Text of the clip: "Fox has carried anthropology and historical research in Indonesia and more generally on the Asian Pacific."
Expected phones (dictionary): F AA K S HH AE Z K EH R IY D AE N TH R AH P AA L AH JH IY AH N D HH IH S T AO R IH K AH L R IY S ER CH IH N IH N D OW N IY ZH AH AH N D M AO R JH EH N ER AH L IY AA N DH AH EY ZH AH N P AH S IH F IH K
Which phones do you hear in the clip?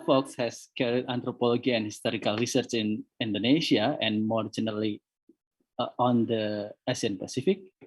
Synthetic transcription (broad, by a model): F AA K S HH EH S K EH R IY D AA N T R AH P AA L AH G IY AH N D HH IH S T AO R IH K AH L R IY S ER CH IH N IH N D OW N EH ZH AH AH N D M AO R JH EH N ER AH L IY AA N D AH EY S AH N P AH S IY F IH K